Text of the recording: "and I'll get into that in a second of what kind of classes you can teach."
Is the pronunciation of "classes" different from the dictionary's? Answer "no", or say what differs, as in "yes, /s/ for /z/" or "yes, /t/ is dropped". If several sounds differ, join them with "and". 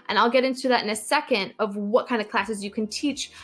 no